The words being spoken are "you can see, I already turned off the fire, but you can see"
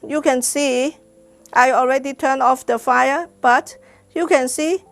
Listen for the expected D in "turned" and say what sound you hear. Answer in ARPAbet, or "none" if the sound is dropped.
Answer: none